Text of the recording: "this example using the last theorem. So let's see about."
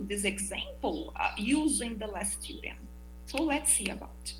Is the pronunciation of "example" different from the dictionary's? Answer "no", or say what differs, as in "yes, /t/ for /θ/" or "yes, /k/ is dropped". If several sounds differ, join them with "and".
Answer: no